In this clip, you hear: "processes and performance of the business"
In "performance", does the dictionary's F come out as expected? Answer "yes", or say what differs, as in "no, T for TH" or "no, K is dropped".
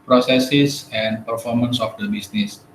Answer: yes